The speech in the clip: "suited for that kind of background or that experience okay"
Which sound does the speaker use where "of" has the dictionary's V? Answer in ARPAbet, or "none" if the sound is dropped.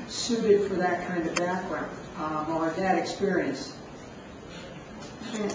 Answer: V